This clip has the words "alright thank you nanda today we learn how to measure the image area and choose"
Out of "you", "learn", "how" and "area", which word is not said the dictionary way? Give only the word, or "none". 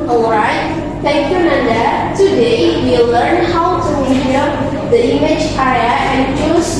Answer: area